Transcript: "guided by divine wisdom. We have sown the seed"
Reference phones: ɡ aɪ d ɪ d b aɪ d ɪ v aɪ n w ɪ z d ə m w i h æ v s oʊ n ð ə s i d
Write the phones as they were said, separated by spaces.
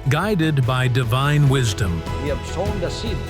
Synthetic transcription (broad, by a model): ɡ aɪ d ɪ d b aɪ d ɪ v aɪ n w ɪ z d ə m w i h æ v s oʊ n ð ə s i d